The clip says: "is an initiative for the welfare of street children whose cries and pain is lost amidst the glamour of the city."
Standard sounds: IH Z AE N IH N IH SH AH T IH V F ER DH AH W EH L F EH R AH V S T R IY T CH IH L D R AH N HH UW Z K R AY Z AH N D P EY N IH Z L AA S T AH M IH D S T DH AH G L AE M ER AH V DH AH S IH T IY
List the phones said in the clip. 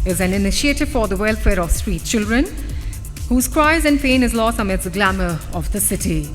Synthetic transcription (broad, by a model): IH Z AE N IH N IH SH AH T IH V F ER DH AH W EH L F EH R AH V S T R IY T CH IH L D R AH N HH UW Z K R AY Z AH N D P EY N IH Z L AA S T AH M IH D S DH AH G L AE M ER AH V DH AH S IH T IY